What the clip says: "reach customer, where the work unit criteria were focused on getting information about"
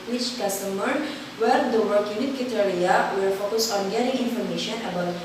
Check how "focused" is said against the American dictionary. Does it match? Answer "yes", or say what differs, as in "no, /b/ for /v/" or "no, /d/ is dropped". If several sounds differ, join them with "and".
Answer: no, /t/ is dropped